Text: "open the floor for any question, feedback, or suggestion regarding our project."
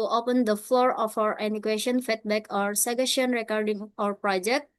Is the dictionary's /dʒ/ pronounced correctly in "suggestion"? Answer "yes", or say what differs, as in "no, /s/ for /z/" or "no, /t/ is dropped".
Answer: no, /dʒ/ is dropped